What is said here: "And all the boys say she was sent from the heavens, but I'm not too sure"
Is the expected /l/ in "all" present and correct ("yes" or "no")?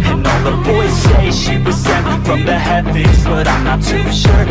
no